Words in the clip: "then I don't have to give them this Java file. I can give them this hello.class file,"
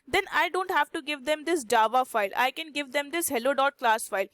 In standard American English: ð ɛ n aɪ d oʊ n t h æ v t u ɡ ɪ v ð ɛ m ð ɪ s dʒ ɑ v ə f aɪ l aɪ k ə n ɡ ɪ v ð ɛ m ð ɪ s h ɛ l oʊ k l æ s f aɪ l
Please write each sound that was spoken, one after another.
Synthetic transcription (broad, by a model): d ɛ n aɪ d oʊ n t h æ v t u ɡ ɪ v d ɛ m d ɪ s dʒ ɑ v ə f aɪ l aɪ k ə n ɡ ɪ v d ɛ m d ɪ s h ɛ l oʊ k l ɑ s f aɪ l